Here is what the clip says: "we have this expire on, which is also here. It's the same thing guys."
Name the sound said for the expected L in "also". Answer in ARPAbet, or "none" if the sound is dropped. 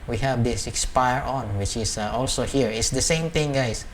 L